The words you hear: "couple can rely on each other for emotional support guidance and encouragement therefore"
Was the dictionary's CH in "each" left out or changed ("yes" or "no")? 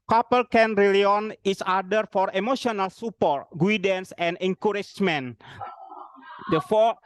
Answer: yes